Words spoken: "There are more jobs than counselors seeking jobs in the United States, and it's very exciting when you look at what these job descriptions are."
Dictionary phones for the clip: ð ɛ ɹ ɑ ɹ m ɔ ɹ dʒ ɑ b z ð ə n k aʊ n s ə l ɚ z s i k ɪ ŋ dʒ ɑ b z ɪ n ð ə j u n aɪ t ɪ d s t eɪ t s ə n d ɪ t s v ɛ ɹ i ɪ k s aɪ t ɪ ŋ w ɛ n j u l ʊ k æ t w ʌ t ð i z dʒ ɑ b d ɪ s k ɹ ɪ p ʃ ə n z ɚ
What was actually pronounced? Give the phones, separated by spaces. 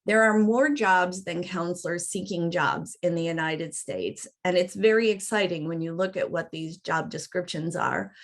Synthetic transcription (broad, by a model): ð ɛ ɹ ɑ ɹ m ɔ ɹ dʒ ɑ b z ð ə n k aʊ n s l ɚ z s i k ɪ ŋ dʒ ɑ b z ɪ n ð ə j u n aɪ t ɪ d s t eɪ t s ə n ɪ t s v ɛ ɹ i ɪ k s aɪ t ɪ ŋ w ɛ n j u l ʊ k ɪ t w ʌ t ð i z dʒ ɑ b d ɪ s k ɹ ɪ p ʃ ə n z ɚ